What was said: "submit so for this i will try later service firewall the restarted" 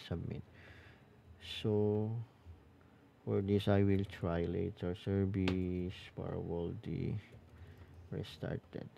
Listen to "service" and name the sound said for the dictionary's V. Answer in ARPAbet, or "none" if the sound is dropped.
B